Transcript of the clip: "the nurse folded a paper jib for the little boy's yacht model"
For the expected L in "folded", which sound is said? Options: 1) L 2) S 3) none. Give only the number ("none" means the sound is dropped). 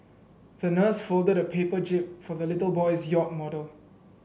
1